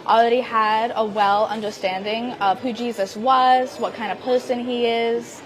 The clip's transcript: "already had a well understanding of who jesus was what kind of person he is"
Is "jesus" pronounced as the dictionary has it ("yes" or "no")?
yes